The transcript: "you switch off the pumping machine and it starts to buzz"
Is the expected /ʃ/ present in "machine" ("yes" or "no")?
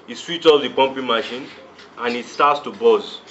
yes